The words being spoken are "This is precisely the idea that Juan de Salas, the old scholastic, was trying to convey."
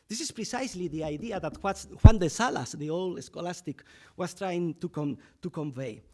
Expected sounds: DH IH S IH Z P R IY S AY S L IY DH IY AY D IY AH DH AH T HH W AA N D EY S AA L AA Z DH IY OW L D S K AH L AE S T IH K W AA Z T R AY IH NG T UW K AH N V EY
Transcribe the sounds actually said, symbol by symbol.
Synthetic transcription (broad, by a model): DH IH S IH S P R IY S AY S L IY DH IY AY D IY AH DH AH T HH W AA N D EY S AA L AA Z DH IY OW L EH S K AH L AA S T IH K W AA S T R AY IH NG T UW K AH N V EY